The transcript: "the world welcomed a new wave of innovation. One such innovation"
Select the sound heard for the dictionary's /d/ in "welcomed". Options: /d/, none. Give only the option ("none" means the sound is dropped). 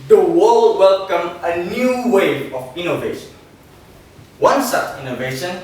none